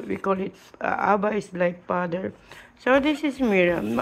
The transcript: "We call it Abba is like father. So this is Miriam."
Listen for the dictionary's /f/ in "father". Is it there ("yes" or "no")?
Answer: no